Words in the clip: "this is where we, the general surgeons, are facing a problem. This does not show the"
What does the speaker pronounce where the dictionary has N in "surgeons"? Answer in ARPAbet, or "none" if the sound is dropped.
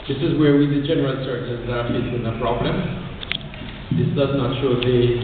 none